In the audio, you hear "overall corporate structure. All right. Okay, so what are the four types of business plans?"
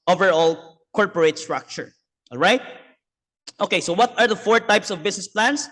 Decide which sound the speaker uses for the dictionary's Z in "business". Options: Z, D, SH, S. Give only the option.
S